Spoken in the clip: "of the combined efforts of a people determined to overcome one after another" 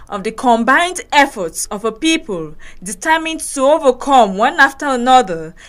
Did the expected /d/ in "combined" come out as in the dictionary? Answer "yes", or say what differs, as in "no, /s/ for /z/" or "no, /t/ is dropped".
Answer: yes